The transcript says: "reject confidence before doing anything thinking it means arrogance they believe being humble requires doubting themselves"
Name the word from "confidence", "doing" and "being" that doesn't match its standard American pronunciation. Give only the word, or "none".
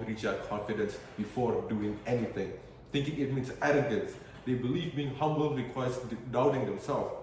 none